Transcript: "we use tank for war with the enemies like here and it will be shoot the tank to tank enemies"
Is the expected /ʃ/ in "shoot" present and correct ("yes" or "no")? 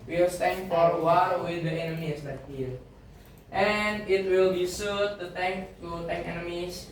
no